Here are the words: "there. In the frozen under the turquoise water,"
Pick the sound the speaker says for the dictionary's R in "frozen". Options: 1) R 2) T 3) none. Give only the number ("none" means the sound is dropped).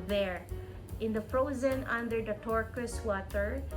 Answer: 1